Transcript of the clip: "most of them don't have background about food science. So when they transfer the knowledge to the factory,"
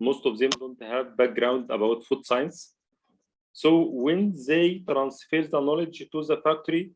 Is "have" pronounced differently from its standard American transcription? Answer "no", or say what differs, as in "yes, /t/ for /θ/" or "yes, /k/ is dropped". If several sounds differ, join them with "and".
no